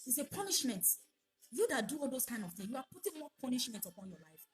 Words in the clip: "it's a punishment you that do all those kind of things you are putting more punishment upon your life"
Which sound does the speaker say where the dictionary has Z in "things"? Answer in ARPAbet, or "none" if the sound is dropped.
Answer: none